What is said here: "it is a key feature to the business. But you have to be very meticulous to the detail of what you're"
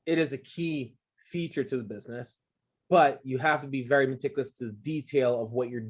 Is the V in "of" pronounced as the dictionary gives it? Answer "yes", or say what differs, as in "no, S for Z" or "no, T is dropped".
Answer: yes